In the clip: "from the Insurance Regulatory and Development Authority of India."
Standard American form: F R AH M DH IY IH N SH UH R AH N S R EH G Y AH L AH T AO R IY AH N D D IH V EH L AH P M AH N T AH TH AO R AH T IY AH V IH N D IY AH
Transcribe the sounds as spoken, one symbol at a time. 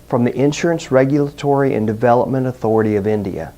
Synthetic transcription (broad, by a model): F R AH M DH IY IH N SH UH R AH N S R EH G Y L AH T AO R IY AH N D D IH V EH L AH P M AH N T AH TH AO R AH T IY AH V IH N D IY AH